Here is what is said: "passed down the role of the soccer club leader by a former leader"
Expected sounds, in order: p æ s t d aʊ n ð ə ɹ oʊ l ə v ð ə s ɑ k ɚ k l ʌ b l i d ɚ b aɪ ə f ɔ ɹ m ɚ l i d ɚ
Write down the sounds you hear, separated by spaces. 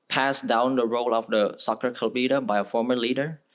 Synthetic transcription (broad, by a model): p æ s d aʊ n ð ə ɹ oʊ l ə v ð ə s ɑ k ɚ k ʌ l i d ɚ b aɪ ə f ɔ ɹ m ɚ l i d ɚ